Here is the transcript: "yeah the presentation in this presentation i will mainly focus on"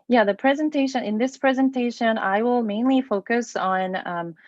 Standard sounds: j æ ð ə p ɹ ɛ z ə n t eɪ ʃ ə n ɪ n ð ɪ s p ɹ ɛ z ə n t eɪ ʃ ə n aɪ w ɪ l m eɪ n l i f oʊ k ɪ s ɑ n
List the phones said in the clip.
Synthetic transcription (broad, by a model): j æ ð ə p ɹ ɛ z ə n t eɪ ʃ ə n ɪ n ð ɪ s p ɹ ɛ z ə n t eɪ ʃ ə n aɪ w ɪ l m eɪ n l i f oʊ k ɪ s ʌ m